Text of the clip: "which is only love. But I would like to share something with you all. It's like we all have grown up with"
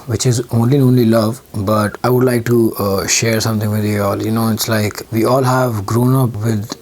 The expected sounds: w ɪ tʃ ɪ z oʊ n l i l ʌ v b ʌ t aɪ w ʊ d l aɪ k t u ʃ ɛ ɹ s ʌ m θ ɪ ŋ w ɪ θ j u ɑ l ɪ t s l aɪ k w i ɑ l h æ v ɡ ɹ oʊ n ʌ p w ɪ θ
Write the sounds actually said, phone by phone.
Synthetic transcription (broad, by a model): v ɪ tʃ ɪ z oʊ n l i l ʌ v b ʌ t aɪ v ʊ d l aɪ k t u ʃ ɛ ɹ s ʌ m t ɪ ŋ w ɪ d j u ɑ l ɪ t s l aɪ k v i ɑ l h æ v ɡ ɹ oʊ n ʌ p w ɪ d